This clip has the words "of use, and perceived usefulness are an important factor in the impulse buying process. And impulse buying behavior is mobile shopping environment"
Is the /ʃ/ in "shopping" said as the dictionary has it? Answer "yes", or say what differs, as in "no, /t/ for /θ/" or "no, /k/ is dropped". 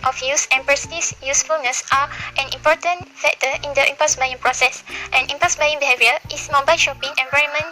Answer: yes